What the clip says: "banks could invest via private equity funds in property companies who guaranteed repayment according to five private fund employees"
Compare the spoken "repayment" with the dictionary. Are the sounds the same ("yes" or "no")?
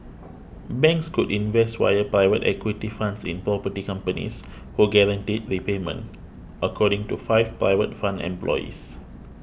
yes